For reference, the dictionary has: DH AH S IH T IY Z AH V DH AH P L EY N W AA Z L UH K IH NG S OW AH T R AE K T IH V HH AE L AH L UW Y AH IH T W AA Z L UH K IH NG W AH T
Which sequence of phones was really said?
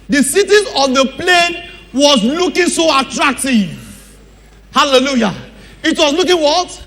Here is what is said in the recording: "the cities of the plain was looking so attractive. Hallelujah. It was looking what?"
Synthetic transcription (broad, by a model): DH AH S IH T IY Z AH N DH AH P L EY N W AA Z L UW K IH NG S OW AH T R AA K T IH V HH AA L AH L UW Y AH IH T W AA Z L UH K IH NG W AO T